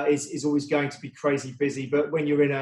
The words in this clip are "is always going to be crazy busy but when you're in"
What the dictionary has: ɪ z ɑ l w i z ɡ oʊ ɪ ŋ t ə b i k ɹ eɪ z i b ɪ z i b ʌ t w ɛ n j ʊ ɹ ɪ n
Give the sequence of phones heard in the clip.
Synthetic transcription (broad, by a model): ɪ z ɑ l w i z ɡ oʊ ɪ ŋ t ə b i k ɹ eɪ z i b ɪ z i b ʌ t w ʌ n j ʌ ɹ ɪ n